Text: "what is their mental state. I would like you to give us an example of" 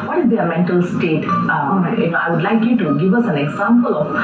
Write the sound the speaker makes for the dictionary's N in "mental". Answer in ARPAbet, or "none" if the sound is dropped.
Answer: N